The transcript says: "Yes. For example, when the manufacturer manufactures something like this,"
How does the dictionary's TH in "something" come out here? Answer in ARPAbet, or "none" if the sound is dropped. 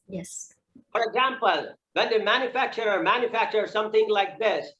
TH